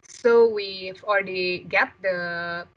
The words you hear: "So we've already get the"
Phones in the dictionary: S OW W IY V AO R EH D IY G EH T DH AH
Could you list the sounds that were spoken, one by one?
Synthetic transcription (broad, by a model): S OW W IY F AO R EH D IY G EH T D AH